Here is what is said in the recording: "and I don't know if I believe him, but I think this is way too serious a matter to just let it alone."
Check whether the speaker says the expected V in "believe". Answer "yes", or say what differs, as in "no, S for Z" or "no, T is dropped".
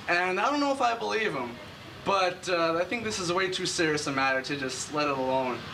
yes